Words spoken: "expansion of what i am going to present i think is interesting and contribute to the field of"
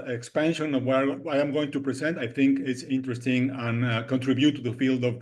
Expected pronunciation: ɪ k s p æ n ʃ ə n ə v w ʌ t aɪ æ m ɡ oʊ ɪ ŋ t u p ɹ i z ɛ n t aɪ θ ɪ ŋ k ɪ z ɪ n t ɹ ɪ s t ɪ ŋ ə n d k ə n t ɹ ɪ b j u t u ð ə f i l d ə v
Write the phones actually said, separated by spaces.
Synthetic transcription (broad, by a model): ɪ k s p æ n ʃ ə n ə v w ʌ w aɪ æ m ɡ oʊ ɪ ŋ t u p ɹ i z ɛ n t aɪ θ ɪ ŋ k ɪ s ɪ n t ɹ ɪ s t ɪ ŋ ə n k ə n t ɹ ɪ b j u t u ð ə f i l d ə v